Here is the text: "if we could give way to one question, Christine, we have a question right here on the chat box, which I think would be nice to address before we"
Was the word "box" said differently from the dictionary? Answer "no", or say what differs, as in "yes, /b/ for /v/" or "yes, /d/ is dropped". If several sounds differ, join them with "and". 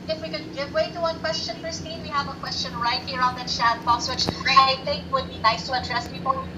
yes, /k/ is dropped